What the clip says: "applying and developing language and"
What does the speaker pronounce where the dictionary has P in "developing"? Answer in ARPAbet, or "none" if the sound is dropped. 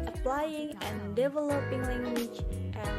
P